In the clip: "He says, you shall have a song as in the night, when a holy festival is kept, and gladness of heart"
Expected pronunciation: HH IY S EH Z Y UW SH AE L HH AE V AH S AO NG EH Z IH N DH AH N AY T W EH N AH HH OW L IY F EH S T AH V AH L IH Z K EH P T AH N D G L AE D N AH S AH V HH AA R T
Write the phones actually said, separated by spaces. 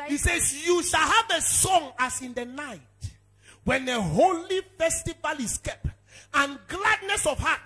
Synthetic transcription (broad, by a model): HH IY S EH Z Y UW SH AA L HH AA V AH S AO NG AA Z IH N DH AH N AY T W EH N AH HH OW L IY F EH S T AH V AH L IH S K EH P AH N G L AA D N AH S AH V HH AA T